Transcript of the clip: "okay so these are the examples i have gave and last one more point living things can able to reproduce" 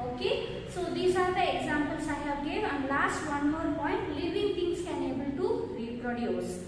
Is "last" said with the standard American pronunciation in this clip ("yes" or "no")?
yes